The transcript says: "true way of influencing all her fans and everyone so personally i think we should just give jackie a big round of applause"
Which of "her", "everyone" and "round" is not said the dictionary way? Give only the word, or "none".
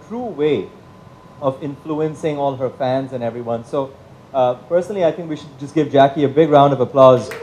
none